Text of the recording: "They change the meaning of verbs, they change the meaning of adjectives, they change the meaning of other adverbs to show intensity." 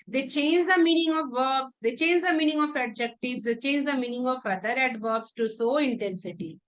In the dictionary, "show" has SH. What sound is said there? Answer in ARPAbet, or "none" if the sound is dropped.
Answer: S